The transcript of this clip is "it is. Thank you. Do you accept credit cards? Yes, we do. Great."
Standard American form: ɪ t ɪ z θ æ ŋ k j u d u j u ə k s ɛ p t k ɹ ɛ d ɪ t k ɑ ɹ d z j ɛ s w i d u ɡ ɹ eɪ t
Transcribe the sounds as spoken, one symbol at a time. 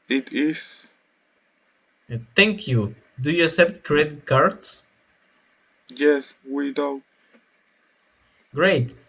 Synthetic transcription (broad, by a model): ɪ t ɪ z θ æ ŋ k j u d u j u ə s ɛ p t k ɹ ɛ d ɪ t k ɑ ɹ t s j ɛ s w i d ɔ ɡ ɹ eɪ t